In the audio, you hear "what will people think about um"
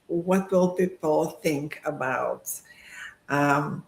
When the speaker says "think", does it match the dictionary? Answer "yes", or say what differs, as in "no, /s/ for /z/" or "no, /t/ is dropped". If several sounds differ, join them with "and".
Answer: yes